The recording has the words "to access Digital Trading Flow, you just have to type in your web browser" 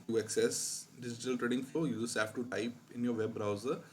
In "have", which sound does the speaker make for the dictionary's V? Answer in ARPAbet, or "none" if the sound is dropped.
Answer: F